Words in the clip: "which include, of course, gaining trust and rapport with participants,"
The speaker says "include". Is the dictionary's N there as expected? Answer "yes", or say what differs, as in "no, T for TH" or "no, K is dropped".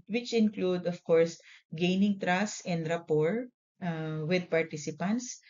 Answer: yes